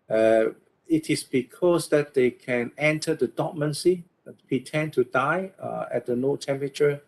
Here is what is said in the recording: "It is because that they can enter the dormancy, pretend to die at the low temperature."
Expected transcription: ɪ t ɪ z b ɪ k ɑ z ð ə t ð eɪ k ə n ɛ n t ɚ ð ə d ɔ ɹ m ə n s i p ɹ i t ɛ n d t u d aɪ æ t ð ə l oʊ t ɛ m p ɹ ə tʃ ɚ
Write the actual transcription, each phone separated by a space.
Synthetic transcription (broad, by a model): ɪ t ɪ s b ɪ k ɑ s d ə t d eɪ k ə n ɛ n t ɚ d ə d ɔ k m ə n s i p ɹ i t ɛ n t u d aɪ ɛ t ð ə n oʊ t ɛ m p ɹ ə tʃ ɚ